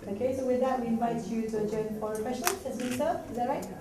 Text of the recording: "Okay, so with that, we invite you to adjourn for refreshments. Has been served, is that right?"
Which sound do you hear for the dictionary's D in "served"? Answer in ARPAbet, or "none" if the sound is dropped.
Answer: none